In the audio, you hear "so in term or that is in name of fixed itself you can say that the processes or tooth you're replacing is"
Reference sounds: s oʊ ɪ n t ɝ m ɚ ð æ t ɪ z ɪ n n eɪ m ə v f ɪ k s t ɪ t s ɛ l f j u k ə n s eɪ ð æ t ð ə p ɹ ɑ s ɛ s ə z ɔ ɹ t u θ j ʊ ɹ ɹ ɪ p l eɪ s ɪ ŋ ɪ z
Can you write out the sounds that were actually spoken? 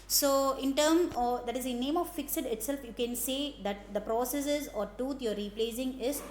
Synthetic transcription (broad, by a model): s oʊ ɪ n t ɝ m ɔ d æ t ɪ z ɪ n n eɪ m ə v f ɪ k s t ɪ t s ɛ l f j u k ə n s eɪ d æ t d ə p ɹ ɑ s ɛ s ə z ɔ ɹ t u t j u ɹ ɹ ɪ p l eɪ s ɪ ŋ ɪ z